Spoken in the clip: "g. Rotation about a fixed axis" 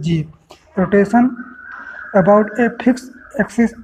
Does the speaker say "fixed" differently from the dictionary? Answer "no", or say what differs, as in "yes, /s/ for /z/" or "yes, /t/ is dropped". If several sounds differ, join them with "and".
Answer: yes, /t/ is dropped